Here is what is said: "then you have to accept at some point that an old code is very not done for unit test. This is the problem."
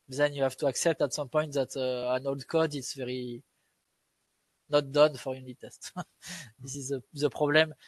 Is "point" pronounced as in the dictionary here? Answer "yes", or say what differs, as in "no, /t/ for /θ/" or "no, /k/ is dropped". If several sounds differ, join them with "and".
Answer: yes